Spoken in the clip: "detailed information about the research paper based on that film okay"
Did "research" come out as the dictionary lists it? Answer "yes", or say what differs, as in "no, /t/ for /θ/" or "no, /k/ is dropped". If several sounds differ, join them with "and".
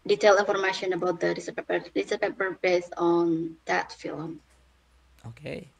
no, /s/ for /tʃ/